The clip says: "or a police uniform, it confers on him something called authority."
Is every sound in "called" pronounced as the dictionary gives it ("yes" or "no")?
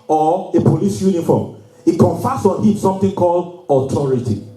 yes